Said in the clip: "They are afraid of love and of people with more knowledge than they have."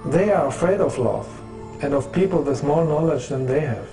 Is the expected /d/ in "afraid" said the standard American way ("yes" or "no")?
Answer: yes